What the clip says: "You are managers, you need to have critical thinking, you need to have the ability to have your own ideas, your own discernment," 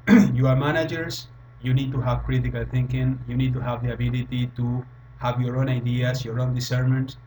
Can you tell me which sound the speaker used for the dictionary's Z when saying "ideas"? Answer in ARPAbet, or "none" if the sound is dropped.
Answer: S